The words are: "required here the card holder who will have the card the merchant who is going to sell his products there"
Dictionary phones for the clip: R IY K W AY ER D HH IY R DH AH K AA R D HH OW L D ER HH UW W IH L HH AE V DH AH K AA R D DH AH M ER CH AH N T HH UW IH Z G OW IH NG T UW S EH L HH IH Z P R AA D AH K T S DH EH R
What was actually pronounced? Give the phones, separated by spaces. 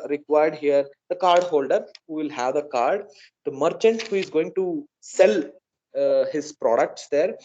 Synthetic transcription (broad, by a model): R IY K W AY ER D HH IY R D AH K AA R D HH OW L D ER HH UW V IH L HH AE V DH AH K AA R D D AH M ER CH AH N T HH UW IH Z G OW IH NG T UW S EH L HH IH Z P R AA D AH K T S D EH R